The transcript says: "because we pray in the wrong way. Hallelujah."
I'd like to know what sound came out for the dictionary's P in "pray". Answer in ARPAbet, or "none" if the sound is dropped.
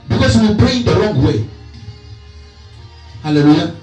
B